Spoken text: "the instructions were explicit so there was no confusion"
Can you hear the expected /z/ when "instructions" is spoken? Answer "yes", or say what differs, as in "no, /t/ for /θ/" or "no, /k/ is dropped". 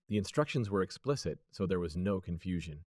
yes